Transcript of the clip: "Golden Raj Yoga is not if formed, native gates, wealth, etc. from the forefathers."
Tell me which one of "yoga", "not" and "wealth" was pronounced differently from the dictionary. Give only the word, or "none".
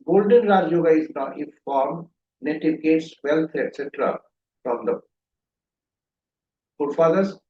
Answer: wealth